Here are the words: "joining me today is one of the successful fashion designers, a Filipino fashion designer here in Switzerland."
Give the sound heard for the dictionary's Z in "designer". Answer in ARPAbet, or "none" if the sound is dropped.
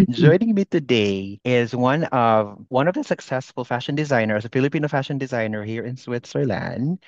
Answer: Z